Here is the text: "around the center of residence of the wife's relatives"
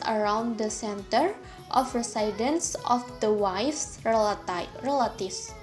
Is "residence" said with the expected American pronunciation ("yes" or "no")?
no